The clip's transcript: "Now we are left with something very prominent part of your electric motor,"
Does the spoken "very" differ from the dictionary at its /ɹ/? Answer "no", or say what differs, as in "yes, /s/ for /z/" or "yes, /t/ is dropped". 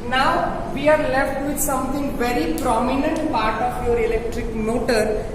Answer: no